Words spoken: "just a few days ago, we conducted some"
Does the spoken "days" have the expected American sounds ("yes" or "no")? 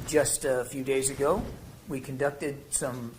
yes